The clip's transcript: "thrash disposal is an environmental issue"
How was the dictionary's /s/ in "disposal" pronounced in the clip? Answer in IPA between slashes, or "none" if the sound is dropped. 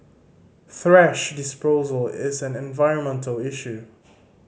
/s/